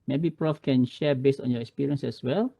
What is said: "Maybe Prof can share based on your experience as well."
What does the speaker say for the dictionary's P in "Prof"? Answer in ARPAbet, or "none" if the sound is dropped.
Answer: P